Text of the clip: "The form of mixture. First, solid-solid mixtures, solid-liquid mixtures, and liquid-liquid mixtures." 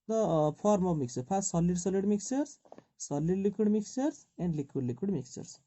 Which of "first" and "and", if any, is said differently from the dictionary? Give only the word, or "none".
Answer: first